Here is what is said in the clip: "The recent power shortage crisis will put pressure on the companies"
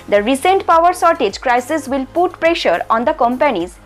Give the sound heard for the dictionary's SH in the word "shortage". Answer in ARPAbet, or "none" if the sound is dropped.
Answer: S